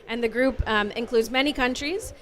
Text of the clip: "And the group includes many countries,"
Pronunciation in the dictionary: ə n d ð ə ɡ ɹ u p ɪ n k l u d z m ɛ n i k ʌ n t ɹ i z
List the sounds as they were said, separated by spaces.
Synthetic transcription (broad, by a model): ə n ð ə ɡ ɹ u p ɪ n k l u d z m ɛ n i k ʌ n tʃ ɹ i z